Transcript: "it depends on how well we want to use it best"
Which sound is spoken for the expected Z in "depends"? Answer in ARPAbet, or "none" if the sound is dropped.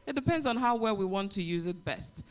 Z